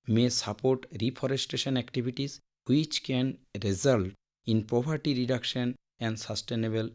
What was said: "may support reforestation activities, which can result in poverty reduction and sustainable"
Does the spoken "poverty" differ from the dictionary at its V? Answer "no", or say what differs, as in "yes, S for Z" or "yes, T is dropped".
yes, P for V